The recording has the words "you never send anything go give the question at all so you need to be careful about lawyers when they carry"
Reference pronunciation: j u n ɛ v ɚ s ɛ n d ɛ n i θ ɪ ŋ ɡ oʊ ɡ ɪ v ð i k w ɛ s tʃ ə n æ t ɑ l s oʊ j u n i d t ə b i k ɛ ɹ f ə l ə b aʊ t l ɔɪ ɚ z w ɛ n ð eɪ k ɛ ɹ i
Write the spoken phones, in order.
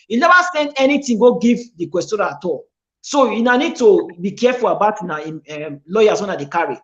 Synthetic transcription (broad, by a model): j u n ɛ v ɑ s ɛ n d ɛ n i t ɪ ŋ ɡ oʊ ɡ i v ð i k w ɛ s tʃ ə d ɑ t ɑ l s oʊ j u n i d t ə b i k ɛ f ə l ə b aʊ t l ɔɪ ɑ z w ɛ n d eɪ k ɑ ɹ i